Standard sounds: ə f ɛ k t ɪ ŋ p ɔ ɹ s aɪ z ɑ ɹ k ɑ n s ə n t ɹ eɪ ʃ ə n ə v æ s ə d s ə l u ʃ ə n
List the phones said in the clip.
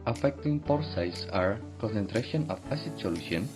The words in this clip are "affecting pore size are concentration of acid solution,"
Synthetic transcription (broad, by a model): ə f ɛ k t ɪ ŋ p ɔ ɹ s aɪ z ɑ ɹ k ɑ n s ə n t ɹ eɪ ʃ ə n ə p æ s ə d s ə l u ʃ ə n